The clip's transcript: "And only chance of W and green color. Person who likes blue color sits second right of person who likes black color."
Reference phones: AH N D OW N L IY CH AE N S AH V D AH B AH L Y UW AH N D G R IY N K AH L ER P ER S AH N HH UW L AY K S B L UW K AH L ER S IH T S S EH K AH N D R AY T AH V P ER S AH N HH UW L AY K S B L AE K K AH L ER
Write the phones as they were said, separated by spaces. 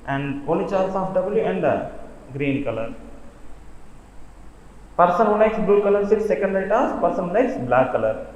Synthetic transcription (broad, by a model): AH N D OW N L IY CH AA L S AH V D AH B AH L Y UW AH N D G R IY N K AH L ER P ER S AH N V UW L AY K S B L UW K AH L ER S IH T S S EH K AH N D R AY T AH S P ER S AH N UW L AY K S B L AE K K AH L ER